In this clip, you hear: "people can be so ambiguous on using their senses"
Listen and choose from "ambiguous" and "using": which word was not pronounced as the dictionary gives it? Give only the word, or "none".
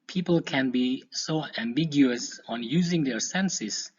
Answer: none